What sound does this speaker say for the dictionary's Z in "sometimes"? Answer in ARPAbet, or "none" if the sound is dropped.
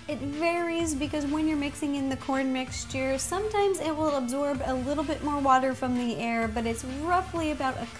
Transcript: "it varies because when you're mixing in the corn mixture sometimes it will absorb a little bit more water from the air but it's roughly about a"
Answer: Z